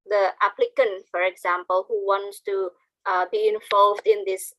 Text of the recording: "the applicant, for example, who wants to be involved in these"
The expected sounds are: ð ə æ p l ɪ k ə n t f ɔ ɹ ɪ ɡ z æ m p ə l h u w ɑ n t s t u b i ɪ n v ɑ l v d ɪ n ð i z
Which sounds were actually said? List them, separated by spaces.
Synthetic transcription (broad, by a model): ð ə æ p l ɪ k ə n t f ɔ ɹ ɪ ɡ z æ m p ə l h u w ɑ n t s t u b i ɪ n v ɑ l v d ɪ n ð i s